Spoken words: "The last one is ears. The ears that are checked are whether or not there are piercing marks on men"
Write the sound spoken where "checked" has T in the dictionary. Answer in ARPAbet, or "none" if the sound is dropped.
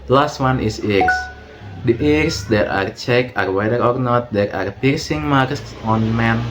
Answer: none